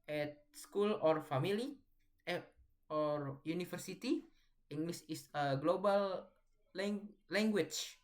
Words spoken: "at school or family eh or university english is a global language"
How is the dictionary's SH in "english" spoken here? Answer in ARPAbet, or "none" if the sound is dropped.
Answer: S